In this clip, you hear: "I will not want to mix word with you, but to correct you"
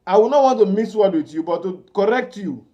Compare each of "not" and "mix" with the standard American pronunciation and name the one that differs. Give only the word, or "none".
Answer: mix